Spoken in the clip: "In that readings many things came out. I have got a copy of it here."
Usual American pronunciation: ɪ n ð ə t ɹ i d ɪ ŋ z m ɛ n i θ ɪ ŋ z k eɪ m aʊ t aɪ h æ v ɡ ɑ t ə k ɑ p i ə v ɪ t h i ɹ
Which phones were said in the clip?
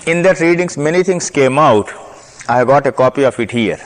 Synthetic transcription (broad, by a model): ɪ n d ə t ɹ i d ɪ ŋ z m ɛ n i t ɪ ŋ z k eɪ m aʊ t aɪ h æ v ɡ ɑ t ə k ɑ p i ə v ɪ t h i ɹ